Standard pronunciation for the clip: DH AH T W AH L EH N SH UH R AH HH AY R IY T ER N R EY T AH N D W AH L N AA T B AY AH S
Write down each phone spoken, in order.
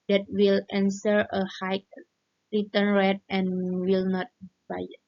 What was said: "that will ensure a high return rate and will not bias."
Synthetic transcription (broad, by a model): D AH T W AH L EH N S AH R AH HH AY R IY T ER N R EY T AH N W AH L N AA T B AY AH